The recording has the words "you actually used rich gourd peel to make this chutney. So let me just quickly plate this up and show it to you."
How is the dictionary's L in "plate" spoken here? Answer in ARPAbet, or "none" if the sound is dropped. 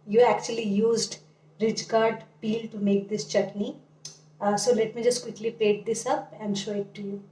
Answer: none